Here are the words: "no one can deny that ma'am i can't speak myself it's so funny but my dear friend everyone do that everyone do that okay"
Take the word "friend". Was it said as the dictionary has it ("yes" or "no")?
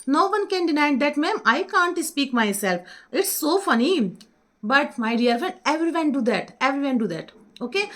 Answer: yes